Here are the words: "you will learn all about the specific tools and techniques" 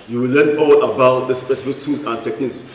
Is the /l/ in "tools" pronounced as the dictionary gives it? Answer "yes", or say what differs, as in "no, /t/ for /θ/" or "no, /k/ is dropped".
no, /l/ is dropped